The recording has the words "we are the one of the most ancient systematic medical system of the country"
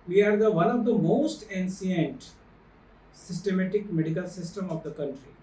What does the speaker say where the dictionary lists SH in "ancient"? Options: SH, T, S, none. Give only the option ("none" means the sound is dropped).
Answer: S